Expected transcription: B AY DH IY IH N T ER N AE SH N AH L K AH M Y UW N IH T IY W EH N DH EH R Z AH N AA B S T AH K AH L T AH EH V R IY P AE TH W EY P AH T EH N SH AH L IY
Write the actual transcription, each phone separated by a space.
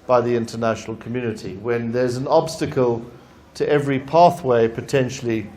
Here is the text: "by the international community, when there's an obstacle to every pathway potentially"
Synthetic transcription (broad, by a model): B AY DH IY IH N T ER N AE SH N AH L K AH M Y UW N IH T IY W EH N DH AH R Z AH N AA B S T AH K AH L T AH EH V R IY P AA TH W EY P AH T EH N SH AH L IY